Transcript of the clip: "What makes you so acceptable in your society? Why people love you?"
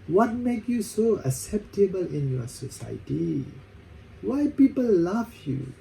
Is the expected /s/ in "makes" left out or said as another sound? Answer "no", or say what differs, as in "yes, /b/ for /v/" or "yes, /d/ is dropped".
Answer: yes, /s/ is dropped